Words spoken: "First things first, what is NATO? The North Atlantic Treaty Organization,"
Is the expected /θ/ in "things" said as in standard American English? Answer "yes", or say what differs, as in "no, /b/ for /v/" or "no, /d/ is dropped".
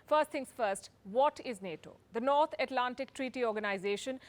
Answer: no, /t/ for /θ/